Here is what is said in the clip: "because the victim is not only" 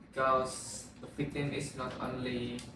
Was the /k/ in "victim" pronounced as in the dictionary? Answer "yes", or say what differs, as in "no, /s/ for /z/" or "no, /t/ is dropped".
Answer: no, /k/ is dropped